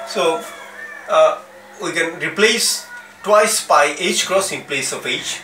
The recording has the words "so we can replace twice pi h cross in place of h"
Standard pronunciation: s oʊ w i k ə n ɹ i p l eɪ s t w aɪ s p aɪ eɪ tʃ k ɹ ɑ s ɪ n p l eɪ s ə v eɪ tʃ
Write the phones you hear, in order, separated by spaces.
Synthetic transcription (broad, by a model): s oʊ w i k ə n ɹ i p l eɪ s t w aɪ s b aɪ eɪ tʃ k ɹ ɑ s ɪ n p l eɪ s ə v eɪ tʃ